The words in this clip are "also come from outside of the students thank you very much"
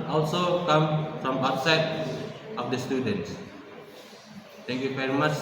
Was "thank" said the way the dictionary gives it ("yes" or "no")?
no